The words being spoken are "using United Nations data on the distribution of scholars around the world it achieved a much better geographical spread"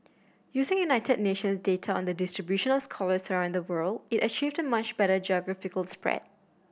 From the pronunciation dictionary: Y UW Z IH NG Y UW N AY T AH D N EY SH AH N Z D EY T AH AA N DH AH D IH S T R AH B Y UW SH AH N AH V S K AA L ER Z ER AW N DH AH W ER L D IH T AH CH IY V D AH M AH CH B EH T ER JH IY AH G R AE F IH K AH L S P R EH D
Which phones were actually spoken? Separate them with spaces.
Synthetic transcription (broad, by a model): Y UW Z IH NG Y UW N AY T AH D N EY SH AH N S D EY T AH AA N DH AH D IH S T R AH B Y UW SH AH N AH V S K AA L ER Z ER AW N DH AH W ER L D IH T AH CH IY V D AH M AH CH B EH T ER JH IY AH G R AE F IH K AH L S P R EH D